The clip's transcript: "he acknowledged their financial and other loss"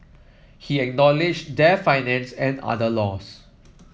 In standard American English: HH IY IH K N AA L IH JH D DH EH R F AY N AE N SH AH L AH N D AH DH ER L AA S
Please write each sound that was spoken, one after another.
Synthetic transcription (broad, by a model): HH IY IH K N AA L IH JH D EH F AY N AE N S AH N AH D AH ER L AA S